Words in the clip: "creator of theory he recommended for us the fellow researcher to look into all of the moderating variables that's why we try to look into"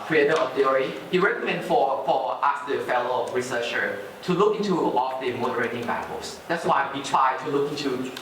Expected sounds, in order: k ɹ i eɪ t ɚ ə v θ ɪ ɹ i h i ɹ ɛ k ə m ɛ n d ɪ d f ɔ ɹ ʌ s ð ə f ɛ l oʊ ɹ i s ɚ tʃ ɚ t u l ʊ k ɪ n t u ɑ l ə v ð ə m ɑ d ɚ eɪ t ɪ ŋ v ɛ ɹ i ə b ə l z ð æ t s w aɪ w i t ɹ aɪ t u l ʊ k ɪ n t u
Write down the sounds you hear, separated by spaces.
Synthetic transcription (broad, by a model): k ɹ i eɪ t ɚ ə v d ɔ ɹ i h i ɹ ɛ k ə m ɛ n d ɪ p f ɔ l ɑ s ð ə f ɛ l oʊ ɹ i s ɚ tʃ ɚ t u l ʊ k ɪ n t u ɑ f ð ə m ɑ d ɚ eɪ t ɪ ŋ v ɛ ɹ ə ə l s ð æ t s w aɪ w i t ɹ aɪ t u l ʊ k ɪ n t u